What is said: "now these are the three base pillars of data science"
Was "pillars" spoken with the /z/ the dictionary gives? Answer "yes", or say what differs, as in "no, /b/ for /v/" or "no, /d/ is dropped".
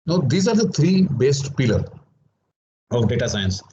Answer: no, /z/ is dropped